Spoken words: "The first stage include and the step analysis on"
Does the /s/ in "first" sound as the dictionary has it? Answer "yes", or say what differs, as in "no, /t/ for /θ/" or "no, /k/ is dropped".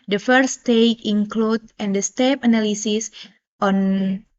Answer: no, /s/ is dropped